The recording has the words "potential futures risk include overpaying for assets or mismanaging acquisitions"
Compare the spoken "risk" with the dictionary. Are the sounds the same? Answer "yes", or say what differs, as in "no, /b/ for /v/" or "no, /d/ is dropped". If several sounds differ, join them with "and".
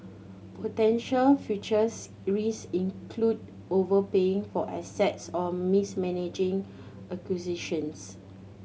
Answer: no, /k/ is dropped